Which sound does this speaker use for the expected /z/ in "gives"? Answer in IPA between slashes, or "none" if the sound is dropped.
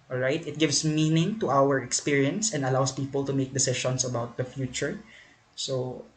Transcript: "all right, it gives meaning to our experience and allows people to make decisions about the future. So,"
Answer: /s/